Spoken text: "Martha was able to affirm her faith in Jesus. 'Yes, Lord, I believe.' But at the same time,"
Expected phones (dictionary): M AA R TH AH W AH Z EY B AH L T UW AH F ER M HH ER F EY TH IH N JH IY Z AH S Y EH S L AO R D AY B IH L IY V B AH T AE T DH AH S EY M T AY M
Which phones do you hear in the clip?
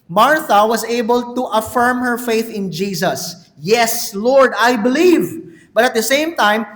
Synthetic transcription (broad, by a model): M AA R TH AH W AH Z EY B AH L T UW AH F ER M HH ER F EY TH IH N JH IY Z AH S Y EH S L AO R D AY B IH L IY V B AH T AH T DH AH S EY M T AY M